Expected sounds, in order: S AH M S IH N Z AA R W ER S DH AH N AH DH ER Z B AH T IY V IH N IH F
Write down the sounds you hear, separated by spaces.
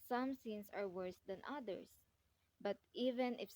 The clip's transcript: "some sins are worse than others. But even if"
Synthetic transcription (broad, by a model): S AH M S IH N S AA R W ER S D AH N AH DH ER S B AH T IY V IH N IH F